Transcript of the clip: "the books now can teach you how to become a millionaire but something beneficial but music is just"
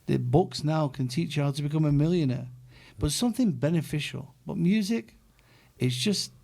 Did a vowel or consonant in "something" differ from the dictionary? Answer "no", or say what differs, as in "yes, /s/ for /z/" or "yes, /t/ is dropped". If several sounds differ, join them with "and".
no